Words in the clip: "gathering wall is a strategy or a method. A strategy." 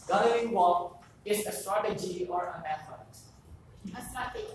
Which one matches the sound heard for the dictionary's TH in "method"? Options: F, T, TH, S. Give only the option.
F